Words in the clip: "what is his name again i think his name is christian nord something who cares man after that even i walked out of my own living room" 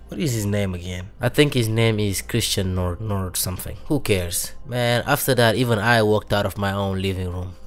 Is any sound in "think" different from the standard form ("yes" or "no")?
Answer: no